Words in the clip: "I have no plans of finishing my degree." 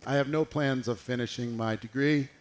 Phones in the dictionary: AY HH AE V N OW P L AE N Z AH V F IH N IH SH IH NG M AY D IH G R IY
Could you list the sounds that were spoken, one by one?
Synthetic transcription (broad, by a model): AY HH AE V N OW P L AE N Z AH V F IH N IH SH IH NG M AY D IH G R IY